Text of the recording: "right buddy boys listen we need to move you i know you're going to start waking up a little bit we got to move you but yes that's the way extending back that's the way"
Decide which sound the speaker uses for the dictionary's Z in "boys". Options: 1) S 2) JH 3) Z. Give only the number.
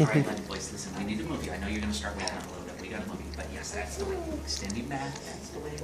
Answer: 1